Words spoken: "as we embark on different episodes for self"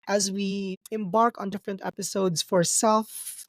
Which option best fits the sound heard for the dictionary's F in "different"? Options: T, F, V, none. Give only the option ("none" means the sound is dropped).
F